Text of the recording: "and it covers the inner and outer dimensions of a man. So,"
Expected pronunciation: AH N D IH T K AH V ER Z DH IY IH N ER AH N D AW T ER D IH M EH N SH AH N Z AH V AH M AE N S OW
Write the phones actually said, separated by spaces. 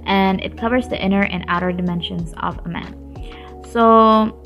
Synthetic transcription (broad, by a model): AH N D IH T K AH V ER Z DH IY IH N ER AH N AW T ER D IH M EH N SH AH N Z AH V AH M AE N S OW